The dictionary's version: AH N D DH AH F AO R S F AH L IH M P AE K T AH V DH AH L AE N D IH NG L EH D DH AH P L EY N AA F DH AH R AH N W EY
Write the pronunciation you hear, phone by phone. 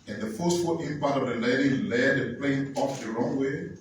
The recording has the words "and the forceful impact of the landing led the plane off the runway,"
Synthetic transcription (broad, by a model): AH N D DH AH F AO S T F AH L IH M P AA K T AH V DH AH L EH D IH L EH D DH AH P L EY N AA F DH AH R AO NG W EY